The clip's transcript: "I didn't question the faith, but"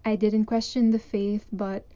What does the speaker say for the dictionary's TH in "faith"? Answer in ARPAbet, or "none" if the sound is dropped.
TH